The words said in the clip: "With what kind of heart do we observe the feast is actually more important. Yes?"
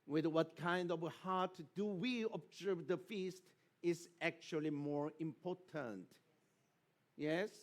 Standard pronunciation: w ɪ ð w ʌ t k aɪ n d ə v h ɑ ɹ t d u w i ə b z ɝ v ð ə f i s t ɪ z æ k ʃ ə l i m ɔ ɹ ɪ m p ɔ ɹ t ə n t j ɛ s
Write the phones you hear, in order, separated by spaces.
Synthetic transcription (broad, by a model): w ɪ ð w ʌ t k aɪ n d ə v h ɑ ɹ t d u w i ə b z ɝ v ð ə f i s t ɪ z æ k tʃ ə l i m ɔ ɹ ɪ m p ɔ ɹ t ə n t j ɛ s